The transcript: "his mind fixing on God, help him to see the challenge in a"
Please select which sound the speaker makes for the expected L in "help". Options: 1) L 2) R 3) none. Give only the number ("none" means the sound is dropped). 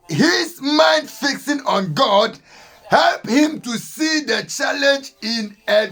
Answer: 1